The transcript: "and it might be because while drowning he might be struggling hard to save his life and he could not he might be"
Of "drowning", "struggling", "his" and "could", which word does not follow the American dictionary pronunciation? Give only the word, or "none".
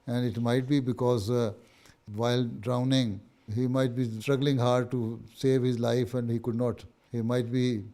none